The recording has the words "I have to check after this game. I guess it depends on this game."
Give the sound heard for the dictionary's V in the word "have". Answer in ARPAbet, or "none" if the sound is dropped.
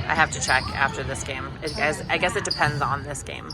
F